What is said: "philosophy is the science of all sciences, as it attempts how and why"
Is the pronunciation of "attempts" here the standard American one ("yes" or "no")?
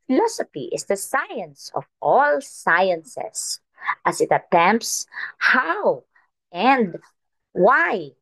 yes